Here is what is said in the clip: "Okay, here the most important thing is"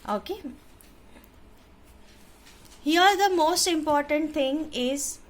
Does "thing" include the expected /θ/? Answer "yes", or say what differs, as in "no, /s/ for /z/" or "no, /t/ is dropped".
no, /t/ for /θ/